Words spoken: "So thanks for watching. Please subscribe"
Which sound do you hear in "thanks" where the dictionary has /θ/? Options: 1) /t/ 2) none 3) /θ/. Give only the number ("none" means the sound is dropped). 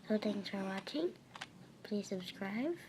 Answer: 1